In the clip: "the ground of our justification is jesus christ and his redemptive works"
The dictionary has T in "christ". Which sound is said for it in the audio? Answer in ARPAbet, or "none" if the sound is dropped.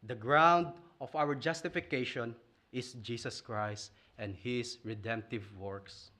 T